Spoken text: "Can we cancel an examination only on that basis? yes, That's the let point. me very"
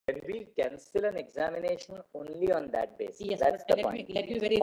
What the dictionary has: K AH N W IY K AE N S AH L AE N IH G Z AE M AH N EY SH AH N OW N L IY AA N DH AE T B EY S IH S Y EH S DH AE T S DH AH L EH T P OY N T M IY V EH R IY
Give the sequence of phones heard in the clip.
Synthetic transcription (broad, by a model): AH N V IY K AE N S AH L AE N IH G Z AE M AH N EY SH AH N OW N L IY AA N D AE T B EY S IH S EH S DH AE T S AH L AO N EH T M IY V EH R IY